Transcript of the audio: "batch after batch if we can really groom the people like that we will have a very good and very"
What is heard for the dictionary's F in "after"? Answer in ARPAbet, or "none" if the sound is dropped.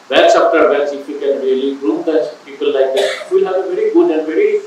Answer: P